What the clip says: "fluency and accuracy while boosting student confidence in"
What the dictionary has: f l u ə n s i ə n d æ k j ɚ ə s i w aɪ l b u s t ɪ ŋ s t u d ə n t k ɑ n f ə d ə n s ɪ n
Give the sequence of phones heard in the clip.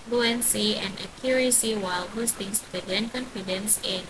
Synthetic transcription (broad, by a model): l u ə n s i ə n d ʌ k j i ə s i w aɪ l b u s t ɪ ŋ s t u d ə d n k ɑ n f ə d ə n s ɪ n